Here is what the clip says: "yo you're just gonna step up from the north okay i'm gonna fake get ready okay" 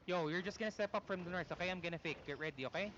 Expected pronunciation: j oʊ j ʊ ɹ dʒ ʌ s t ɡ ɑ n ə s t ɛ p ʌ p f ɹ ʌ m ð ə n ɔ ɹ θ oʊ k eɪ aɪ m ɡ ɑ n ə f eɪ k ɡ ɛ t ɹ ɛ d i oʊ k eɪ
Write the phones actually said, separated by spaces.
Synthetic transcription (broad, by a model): j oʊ j ʊ ɹ dʒ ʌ s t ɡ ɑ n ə s t ɛ p ʌ p f ɹ ʌ m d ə n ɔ ɹ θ oʊ k eɪ aɪ m ɡ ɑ n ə f eɪ k ɡ ɛ t ɹ ɛ d i oʊ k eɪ